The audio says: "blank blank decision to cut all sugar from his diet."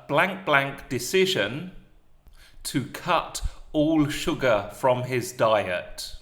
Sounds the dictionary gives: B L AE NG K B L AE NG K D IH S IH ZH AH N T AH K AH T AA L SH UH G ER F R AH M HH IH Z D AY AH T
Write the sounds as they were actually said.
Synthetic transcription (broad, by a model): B L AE NG K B L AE NG K D IH S IH ZH AH N T AH K AH T AA L SH UH G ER F R AH M IH Z D AY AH T